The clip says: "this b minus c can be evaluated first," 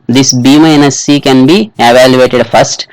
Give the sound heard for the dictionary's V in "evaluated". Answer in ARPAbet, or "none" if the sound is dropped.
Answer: V